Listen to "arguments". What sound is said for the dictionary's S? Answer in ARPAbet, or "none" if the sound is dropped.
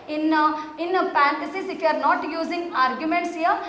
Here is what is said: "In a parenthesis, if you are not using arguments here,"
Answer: S